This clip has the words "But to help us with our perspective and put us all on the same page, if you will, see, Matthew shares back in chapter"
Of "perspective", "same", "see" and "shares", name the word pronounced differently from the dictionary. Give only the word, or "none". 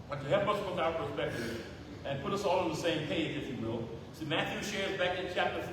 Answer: none